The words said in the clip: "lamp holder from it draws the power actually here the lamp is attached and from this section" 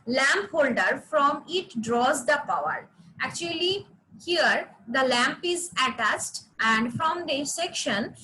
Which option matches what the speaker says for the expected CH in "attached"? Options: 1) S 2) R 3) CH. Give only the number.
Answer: 1